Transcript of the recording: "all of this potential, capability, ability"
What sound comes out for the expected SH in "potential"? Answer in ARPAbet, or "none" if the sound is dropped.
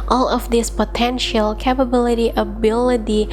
SH